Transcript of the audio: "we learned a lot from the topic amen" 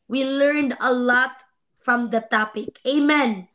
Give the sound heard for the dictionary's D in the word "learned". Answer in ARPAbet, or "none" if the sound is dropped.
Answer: D